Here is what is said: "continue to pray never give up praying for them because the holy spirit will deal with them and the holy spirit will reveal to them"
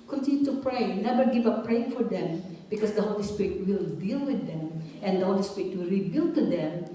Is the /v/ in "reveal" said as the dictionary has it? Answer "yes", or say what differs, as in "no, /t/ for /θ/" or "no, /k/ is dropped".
no, /b/ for /v/